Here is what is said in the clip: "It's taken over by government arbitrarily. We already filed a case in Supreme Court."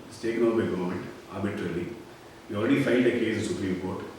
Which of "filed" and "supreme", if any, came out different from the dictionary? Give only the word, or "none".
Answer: filed